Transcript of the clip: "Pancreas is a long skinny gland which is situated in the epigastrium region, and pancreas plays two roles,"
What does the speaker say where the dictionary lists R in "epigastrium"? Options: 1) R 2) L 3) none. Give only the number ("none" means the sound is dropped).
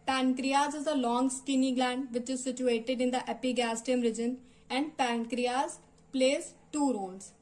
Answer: 3